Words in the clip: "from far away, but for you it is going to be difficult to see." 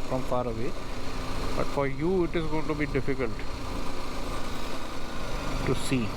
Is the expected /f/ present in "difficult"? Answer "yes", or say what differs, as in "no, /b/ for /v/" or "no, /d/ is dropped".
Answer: yes